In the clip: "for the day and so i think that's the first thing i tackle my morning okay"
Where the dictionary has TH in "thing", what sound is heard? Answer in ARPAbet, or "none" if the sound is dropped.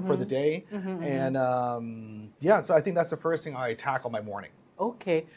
TH